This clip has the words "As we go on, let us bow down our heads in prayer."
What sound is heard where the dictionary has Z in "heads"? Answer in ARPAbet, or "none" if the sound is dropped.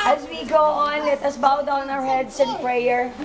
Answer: S